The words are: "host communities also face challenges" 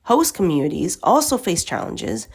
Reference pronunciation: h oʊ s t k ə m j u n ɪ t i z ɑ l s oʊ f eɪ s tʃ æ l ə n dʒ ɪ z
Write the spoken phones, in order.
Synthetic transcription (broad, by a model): h oʊ s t k ə m j u n ɪ t i z ɑ l s oʊ f eɪ s tʃ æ l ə n dʒ ɪ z